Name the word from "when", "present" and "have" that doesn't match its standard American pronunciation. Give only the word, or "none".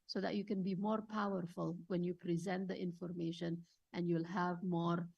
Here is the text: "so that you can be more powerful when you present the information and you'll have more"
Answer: none